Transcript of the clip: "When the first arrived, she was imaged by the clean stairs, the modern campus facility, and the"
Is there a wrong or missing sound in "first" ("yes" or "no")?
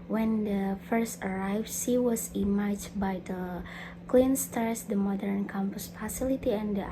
no